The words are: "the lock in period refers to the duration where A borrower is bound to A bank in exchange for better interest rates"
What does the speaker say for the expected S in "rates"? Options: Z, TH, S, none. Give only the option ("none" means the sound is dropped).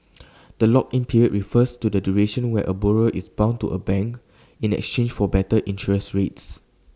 S